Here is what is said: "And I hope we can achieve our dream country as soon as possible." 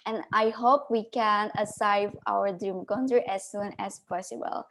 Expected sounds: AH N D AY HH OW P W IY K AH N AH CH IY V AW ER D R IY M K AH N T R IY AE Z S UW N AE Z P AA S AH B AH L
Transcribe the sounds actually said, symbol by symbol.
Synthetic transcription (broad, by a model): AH N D AY HH OW P W IY K AH N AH S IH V AW ER D R IY M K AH N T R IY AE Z S UW N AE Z P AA S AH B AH L